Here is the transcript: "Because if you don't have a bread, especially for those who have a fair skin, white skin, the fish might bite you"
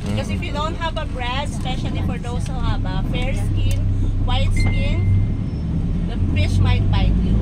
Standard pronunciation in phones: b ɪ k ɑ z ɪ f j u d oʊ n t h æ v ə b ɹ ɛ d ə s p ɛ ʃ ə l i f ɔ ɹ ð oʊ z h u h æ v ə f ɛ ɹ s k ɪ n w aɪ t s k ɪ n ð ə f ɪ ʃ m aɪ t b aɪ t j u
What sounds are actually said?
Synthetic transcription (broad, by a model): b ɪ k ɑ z ɪ f j u d oʊ n t h æ v ə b ɹ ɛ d s p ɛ ʃ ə l i f ɔ ɹ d oʊ s h u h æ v ə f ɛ ɹ s k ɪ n w aɪ t s k ɪ n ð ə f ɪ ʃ m aɪ t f aɪ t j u